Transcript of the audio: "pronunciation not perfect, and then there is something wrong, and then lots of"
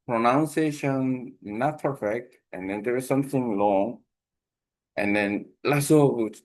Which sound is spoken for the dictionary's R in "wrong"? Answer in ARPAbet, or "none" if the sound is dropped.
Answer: L